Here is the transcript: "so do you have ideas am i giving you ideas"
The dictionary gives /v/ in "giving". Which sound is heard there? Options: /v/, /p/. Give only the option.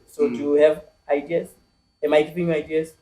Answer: /p/